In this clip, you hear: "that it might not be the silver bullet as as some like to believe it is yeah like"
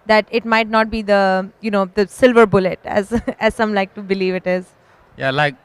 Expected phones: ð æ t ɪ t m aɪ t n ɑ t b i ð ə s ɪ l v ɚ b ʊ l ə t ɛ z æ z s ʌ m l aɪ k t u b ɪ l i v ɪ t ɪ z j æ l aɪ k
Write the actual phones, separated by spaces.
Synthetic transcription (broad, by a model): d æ t ɪ t m aɪ t n ɑ t b i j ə s ɪ l v ɚ b ʊ l ə t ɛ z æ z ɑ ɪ m l aɪ k t u b ɪ l i v ɪ t ɪ z j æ l aɪ k